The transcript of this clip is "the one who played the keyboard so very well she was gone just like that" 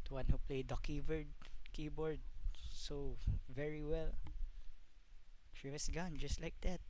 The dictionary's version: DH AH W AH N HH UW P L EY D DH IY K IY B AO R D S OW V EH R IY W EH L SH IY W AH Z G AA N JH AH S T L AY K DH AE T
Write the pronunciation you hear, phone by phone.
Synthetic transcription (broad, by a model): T W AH N HH UW P L EY D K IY K IY B AO R D S OW V EH R IY W EH L SH IY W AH S G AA N JH AH S T L AY K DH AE T